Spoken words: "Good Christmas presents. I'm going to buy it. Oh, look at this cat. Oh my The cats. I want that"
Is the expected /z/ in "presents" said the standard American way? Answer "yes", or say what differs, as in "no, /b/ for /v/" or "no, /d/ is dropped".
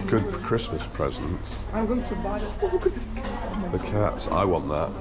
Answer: yes